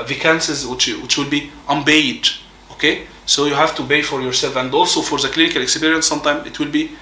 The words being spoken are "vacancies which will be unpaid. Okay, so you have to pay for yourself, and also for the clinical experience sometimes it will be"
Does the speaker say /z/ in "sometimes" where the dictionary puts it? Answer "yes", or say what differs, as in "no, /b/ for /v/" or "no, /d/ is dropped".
no, /z/ is dropped